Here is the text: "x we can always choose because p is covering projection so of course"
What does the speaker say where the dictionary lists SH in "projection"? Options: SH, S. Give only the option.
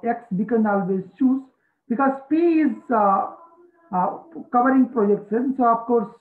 S